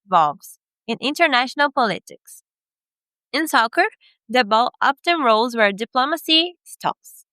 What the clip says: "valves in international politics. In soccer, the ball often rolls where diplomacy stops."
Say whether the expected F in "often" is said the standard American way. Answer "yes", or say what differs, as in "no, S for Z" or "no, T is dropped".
no, P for F